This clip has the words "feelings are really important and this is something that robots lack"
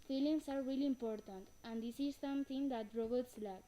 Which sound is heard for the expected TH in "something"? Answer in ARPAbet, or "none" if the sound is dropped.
T